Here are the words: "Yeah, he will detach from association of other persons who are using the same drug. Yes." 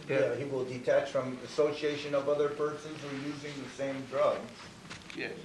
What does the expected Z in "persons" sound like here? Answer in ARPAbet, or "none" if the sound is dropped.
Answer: Z